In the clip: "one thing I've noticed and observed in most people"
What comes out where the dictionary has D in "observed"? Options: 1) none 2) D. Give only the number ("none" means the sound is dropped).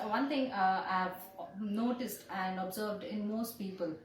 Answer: 2